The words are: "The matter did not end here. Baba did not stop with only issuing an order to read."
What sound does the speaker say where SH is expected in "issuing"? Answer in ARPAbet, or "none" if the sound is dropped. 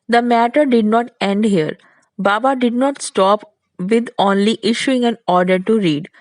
SH